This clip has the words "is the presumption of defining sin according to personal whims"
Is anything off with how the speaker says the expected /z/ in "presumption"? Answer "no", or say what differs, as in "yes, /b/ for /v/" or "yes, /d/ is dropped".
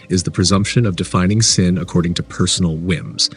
no